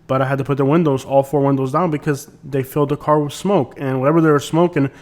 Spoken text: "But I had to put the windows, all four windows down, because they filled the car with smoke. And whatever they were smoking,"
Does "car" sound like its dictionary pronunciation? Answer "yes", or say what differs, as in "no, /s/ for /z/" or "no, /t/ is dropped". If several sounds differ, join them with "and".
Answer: yes